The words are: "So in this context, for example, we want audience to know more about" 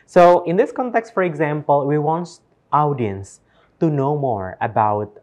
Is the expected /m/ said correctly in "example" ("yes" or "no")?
yes